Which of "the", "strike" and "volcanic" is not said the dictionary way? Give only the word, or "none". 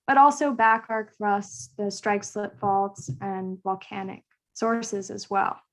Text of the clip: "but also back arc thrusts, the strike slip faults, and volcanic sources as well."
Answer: none